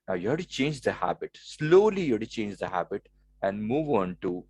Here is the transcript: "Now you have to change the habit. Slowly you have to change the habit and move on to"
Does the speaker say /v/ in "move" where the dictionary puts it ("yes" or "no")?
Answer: yes